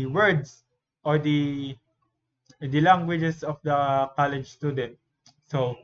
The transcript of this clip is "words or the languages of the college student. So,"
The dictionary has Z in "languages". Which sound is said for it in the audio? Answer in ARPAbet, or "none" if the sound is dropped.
S